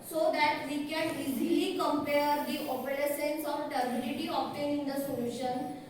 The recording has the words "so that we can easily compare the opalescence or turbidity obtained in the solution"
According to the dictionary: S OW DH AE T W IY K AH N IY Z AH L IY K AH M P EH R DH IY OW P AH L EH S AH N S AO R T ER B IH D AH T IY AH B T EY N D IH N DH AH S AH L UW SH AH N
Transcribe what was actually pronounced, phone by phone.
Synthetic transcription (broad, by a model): S OW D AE T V IY K AH N IY Z AH L IY K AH M P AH R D IY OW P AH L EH S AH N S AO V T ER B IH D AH T IY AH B T EY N IH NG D AH S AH L UW SH AH N